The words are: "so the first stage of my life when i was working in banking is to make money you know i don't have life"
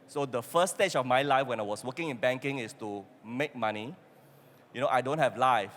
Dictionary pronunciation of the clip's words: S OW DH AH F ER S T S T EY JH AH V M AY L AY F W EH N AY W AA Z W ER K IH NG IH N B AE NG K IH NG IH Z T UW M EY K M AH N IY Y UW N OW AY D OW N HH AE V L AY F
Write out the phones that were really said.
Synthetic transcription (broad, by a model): S OW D AH F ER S S T EY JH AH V M AY L AY F W EH N AY W AA S W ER K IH NG IH N B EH NG K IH NG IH S T UW M EY K M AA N IY Y UW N OW AY D OW N HH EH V L AY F